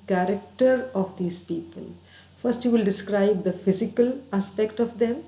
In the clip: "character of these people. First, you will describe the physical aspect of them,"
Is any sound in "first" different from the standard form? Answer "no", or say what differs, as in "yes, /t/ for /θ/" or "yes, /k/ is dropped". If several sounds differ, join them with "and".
no